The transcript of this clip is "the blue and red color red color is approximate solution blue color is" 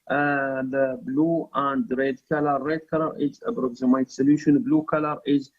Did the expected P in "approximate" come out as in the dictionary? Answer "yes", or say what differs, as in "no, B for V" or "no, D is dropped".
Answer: no, B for P